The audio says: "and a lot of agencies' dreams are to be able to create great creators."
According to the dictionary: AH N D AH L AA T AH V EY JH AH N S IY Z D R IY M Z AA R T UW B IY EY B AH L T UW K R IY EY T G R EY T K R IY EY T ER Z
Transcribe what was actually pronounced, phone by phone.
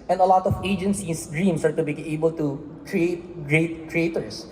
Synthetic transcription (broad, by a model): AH N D AH L AA T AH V EY JH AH N S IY S D R IY M S AA R T UW B IY EY B AH L T UW K R IY EY T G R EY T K R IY EY T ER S